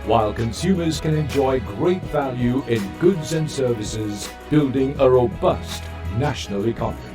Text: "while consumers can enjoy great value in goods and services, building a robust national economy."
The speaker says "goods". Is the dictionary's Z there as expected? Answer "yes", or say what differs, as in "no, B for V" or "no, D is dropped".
yes